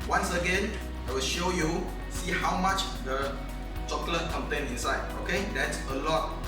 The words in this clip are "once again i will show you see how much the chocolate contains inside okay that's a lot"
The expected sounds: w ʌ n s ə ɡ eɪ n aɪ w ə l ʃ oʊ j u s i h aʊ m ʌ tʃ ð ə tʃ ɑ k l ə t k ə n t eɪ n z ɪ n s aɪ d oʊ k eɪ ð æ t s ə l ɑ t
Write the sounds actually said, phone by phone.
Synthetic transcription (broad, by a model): w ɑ n s ə ɡ eɪ n aɪ w ə l ʃ oʊ j u s i h aʊ m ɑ tʃ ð ə tʃ ɑ k l ə t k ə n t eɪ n ɪ n s aɪ d oʊ k eɪ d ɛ t s ə l ɑ t